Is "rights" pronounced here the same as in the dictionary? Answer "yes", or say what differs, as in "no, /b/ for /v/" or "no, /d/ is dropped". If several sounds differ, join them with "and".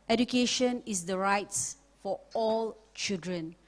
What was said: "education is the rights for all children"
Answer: yes